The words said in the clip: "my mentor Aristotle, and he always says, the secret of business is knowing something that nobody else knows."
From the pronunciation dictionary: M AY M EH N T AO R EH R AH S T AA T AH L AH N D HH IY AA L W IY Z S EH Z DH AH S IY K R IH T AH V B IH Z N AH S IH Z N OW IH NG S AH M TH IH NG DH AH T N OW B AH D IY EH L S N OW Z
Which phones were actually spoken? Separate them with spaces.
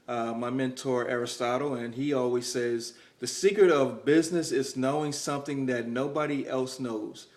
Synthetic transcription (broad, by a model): M AY M EH N T AO R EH R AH S T AA T L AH N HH IY AA L W IY Z S EH Z DH AH S IY K R IH T AH V B IH Z N AH S IH Z N OW IH NG S AH M TH IH NG DH AH T N OW B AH D IY EH L S N OW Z